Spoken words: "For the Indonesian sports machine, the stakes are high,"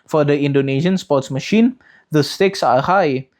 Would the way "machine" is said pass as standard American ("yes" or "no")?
yes